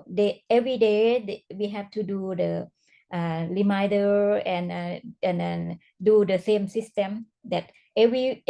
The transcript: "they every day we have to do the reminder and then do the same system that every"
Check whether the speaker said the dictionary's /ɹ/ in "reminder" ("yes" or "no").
no